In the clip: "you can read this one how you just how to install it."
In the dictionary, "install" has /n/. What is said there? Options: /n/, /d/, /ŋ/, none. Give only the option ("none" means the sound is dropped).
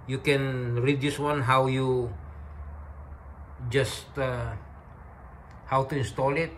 /n/